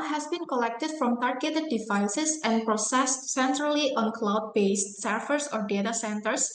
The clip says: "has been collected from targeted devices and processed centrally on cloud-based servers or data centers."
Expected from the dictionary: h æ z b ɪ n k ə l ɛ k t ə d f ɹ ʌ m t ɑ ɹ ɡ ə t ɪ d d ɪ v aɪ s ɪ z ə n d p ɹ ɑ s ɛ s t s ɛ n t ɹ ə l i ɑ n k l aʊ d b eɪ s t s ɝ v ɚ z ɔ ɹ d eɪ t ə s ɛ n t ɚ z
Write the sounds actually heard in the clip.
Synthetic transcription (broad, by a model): h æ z b ɪ n k ə l ɛ k t ə d f ɹ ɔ m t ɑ ɹ ɡ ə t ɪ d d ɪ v aɪ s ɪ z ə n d p ɹ ɑ s ɛ s t s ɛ n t ɹ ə l i ɑ n k l aʊ d b eɪ s t s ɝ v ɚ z ɔ ɹ d eɪ t ə s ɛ n t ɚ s